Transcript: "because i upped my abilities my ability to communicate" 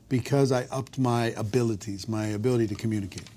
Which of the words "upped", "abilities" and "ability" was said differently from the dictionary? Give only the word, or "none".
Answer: none